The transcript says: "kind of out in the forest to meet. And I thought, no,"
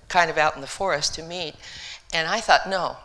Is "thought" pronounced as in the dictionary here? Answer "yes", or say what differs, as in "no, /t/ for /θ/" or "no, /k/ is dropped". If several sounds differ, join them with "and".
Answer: yes